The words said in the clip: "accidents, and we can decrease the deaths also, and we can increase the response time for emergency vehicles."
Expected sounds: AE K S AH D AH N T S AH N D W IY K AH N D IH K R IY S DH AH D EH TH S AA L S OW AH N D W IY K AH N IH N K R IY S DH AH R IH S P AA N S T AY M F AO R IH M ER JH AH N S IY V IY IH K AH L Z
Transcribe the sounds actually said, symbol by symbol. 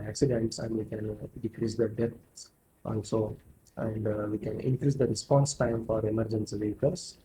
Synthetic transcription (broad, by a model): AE K S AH D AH N T S AH N D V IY K AH N D IH K R IY S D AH D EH T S AA L S OW AH N D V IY K AH N IH N K R IY S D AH R IH S P AA N S T AY M F AO R IH M ER JH AH N S IY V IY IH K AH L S